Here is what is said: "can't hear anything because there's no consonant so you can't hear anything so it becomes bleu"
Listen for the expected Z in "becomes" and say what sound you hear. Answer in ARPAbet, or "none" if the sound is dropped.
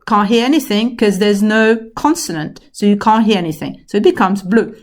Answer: Z